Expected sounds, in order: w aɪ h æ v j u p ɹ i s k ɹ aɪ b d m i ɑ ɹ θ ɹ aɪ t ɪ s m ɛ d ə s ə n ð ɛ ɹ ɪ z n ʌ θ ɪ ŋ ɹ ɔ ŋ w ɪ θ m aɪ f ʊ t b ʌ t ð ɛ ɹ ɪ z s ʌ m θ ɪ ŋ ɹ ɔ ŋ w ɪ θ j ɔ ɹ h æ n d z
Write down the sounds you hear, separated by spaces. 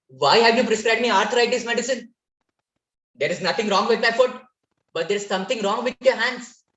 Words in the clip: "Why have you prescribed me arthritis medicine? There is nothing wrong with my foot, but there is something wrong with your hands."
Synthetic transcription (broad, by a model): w aɪ h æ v j u p ɹ i s k ɹ aɪ b d m i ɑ ɹ t ɹ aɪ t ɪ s m ɛ d ə s ə n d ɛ ɹ ɪ z n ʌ t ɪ ŋ ɹ ɔ ŋ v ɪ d m aɪ f ʊ t b ʌ t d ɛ ɹ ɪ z s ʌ m t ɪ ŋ ɹ ɔ ŋ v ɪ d j ɔ ɹ h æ n d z